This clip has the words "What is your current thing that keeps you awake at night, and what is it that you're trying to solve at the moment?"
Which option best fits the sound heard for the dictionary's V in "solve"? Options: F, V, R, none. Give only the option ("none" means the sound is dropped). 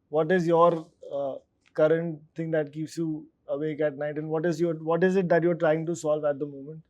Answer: V